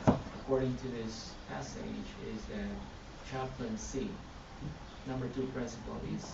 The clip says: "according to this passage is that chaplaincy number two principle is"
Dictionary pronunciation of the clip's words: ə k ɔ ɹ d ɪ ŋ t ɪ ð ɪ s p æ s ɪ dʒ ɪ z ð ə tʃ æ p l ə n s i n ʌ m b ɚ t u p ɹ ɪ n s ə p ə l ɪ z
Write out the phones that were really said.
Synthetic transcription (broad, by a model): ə k ɔ ɹ d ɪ ŋ t ɪ ð ɪ s p æ s ɪ dʒ ɪ z ð ə tʃ æ p l ə n s i n ʌ m b ɚ t u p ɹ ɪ n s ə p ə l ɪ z